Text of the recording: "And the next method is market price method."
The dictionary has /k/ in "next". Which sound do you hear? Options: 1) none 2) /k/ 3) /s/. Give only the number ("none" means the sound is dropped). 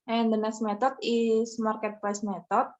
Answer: 1